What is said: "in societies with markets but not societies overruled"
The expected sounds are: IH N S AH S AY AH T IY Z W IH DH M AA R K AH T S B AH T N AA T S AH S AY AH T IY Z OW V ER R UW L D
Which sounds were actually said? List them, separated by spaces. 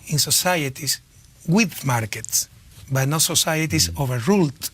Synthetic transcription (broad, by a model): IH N S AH S AY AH T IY S W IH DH M AA R K AH T S B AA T N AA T S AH S AY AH T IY S OW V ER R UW L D